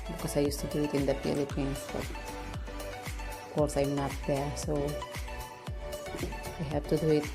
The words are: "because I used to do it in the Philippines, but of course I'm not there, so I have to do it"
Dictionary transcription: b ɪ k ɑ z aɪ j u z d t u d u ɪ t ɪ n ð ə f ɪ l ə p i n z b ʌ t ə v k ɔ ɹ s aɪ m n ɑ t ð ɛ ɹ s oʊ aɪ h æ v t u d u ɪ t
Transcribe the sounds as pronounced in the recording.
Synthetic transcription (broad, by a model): b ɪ k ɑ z aɪ j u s t u d u ɪ t ɪ n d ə p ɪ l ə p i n b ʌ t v k ɔ ɹ s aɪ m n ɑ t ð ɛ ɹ s oʊ aɪ h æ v t u d u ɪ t